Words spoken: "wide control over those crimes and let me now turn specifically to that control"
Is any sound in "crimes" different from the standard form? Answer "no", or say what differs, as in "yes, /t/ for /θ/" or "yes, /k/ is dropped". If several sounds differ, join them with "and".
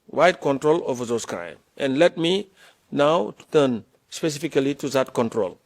yes, /z/ is dropped